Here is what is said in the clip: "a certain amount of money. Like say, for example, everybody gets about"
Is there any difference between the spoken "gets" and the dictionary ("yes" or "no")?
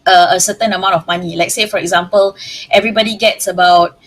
no